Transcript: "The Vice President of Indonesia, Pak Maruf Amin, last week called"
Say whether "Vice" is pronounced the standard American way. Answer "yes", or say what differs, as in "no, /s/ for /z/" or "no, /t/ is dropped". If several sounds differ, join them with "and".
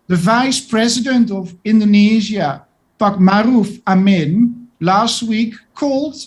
yes